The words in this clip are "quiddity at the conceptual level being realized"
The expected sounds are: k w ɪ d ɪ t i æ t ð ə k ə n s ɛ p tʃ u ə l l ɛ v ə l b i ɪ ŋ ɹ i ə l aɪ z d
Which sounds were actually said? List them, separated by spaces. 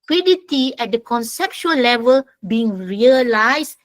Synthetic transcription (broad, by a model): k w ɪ d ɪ t i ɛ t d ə k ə n s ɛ p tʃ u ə l l ɛ v ə l b i ɪ ŋ ɹ i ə l aɪ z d